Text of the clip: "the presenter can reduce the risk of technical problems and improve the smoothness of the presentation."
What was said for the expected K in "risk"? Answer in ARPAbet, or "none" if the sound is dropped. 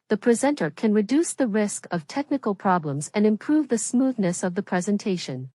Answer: K